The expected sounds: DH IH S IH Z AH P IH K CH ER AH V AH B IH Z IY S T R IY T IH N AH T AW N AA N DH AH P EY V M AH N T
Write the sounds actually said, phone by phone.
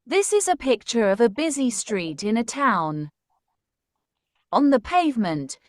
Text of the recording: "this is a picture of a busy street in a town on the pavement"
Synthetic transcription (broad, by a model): DH IH S IH Z AH P IH K CH ER AH V AH B IH Z IY S T R IY T IH N AH T AW N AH N DH AH P EY V M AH N T